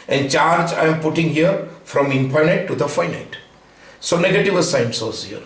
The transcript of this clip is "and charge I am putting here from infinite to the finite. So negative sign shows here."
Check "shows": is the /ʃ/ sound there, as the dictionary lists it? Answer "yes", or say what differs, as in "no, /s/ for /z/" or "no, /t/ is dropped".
no, /s/ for /ʃ/